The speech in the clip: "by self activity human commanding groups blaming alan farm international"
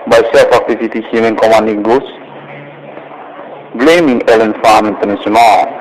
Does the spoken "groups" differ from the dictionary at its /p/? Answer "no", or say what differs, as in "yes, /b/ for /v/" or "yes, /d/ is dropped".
yes, /p/ is dropped